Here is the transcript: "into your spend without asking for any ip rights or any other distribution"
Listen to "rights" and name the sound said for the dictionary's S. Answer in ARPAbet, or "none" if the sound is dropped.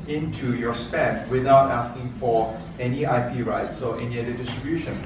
S